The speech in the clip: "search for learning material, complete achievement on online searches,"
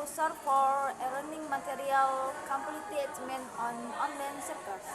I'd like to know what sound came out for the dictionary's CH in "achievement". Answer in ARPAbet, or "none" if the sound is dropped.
none